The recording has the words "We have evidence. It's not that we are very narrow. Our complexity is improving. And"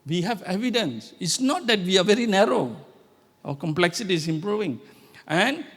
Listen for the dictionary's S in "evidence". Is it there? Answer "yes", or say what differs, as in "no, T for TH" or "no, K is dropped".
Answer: yes